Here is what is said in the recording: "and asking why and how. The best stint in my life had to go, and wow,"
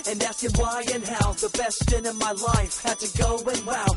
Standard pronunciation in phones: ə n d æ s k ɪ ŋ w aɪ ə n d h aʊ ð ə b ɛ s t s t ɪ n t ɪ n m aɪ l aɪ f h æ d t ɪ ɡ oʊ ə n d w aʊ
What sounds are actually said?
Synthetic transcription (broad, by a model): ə n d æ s ɪ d w aɪ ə n h aʊ ð ə b ɛ s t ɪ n ɪ n m aɪ l aɪ f h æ d t ɪ ɡ oʊ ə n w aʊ